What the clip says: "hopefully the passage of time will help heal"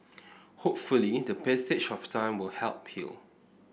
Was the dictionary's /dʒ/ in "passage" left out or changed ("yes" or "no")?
yes